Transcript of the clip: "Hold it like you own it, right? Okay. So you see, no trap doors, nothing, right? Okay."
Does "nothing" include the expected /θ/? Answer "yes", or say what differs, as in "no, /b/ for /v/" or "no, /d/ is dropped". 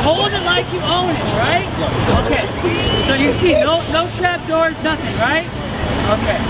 yes